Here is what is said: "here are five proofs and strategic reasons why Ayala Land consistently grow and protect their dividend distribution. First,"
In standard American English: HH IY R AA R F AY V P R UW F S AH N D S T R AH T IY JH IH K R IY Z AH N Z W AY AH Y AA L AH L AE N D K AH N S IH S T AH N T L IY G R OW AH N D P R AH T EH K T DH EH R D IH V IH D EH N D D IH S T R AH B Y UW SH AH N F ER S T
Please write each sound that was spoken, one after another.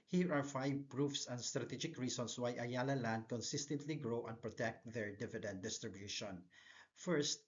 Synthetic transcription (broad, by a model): HH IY R AA R F AY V P R UW F S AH N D S T R AH T IY JH IH K R IY S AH N S W AY AH Y AA L AH L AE N D K AH N S IH S T AH N T L IY G R OW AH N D P R AH T EH K T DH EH R D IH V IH D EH N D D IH S T R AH B Y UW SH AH N F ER S T